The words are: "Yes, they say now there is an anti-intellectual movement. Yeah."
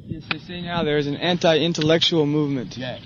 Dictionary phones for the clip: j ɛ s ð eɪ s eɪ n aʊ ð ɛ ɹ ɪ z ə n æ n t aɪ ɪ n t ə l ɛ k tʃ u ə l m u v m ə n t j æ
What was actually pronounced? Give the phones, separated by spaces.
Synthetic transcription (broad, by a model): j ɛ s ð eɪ s eɪ n aʊ ð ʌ ɹ ɪ z ə n æ n t aɪ ɪ n t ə l ɛ k tʃ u l m u v m ə n t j